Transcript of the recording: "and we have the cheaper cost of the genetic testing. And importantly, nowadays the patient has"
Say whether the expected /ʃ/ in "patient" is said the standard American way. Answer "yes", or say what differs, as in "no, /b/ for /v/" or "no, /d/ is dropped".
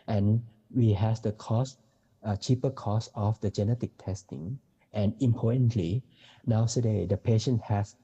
yes